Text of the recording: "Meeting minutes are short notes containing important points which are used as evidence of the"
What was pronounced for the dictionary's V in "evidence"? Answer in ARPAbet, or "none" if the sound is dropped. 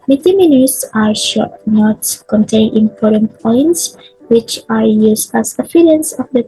F